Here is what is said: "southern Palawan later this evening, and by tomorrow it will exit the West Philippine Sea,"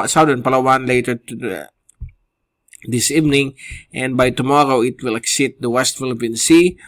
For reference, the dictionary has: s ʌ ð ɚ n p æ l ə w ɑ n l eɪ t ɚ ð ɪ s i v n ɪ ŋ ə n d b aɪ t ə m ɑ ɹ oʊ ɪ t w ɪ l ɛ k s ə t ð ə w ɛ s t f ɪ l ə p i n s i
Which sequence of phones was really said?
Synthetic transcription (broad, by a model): s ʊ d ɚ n p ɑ l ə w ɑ n l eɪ t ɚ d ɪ s i v n ɪ ŋ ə n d b aɪ t ə m ɑ ɹ oʊ ɪ t w ɪ l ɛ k s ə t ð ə w ɛ s t f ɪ l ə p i n s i